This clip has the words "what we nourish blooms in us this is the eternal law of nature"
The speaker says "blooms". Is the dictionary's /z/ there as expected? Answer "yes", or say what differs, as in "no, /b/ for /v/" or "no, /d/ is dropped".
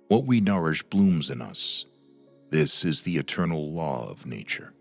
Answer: yes